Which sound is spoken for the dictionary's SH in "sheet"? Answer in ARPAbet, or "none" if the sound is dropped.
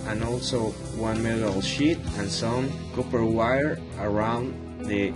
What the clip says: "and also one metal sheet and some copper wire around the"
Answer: SH